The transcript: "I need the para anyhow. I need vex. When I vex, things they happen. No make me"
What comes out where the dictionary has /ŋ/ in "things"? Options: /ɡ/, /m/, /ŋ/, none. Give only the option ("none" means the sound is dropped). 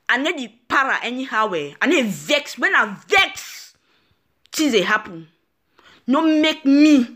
none